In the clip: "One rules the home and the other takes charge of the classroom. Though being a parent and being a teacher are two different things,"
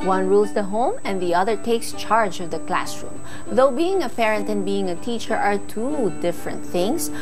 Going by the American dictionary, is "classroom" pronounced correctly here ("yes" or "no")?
yes